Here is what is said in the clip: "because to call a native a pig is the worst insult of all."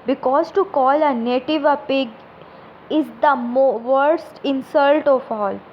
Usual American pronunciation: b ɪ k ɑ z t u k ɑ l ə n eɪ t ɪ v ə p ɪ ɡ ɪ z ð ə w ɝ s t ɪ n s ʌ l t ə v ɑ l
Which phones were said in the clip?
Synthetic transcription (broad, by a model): b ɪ k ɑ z t u k ɑ l ə n eɪ t ɪ v ə p ɪ ɡ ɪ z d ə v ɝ s t ɪ n s ʌ l t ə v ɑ l